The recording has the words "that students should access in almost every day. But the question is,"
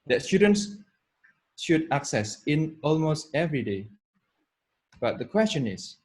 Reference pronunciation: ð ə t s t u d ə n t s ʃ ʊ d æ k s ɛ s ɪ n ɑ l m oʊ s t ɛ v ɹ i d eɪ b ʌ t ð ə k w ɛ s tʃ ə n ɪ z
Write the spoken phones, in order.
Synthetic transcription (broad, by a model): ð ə t s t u d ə n t s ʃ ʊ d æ k s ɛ s ɪ n ɑ l m oʊ s t ɛ v ɹ i d eɪ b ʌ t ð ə k w ɛ s tʃ ə n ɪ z